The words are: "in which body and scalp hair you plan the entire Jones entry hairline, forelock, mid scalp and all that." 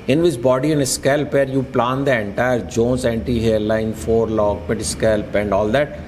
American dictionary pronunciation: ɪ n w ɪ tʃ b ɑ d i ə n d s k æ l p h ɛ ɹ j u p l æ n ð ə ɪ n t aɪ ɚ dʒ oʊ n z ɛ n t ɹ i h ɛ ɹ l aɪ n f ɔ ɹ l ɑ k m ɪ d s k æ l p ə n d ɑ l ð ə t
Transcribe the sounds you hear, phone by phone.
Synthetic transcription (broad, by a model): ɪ n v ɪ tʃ b ɑ d i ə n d s k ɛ l p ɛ ɹ j u p l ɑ n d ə ɪ n t aɪ ɚ dʒ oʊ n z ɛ n t i h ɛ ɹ l aɪ n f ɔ ɹ l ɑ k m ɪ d s k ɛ l p ə n d ɑ l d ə t